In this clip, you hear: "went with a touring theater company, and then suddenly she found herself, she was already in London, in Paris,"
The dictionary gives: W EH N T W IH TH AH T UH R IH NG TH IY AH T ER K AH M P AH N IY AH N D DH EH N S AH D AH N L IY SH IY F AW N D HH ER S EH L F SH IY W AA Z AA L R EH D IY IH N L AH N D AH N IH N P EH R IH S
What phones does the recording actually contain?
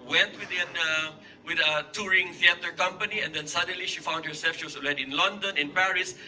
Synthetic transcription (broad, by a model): W EH N T W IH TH AH T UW R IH NG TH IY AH T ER K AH M P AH N IY AH N D EH N S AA D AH N L IY SH IY F AW N D HH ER S EH L F SH IY W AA S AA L EH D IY IH N L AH N D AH N IH N P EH R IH S